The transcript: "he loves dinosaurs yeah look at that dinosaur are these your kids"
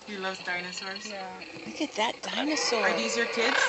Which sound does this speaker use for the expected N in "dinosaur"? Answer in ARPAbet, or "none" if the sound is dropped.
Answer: N